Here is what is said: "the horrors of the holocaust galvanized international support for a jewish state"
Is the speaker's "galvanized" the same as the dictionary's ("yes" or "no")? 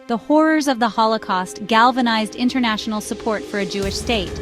yes